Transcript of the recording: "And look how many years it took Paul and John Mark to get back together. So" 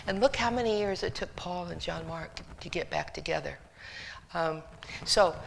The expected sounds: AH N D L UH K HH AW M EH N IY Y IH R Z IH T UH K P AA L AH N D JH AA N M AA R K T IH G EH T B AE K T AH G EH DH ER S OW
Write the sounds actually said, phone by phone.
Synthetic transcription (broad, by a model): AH N L UH K HH AW M EH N IY Y IH R Z IH T UH K P AA L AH N JH AA N M AA R K T IH G EH T B AE K T AH G EH DH ER S OW